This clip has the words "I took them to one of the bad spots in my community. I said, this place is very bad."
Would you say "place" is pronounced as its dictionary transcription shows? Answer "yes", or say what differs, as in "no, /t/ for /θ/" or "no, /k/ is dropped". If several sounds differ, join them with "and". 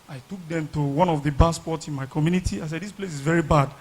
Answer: yes